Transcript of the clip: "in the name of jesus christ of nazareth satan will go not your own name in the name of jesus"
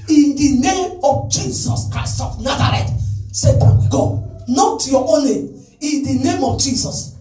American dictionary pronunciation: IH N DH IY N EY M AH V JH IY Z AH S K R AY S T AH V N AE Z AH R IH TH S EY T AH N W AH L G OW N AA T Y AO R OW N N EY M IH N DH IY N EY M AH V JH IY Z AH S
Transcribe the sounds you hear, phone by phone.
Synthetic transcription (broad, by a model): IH N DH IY N EY M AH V JH IY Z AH S K R AY S T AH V N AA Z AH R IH T S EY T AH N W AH G OW N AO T Y AO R OW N N EY M IH N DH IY N EY M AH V JH IY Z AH S